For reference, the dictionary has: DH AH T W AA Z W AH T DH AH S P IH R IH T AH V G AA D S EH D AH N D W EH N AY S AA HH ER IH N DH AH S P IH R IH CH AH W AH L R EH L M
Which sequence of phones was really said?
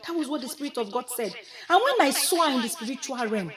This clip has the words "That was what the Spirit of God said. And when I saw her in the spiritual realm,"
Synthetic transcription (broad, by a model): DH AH T W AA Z W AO T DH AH S P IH R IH T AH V G AA D S EH D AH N W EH N AY S AA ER IH N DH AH S P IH R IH CH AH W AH L R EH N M